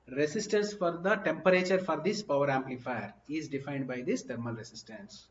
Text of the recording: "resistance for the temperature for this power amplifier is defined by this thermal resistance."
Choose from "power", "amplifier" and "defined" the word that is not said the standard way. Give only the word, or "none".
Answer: none